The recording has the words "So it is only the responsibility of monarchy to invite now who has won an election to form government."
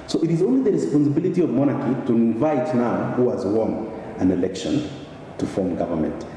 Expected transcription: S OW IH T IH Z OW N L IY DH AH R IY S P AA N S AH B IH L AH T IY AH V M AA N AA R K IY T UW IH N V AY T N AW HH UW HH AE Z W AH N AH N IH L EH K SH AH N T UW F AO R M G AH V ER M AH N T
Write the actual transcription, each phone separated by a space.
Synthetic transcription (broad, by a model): S OW IH T IH Z OW N L IY DH AH R IY S P AA N S AH B IH L AH T IY AH V M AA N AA R K IY T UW IH N V AY T N AW HH UW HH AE Z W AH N AH N IH L EH K SH AH N T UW F AO R M G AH V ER M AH N T